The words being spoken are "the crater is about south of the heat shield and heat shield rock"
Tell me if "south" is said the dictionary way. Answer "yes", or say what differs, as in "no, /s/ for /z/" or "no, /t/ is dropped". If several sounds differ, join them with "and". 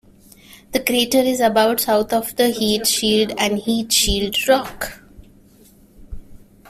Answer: no, /t/ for /θ/